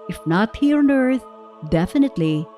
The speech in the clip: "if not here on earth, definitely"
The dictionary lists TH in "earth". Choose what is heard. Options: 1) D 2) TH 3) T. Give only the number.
3